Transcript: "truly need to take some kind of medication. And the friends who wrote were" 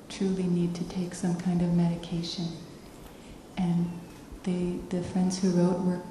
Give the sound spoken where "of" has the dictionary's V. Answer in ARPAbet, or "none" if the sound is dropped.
V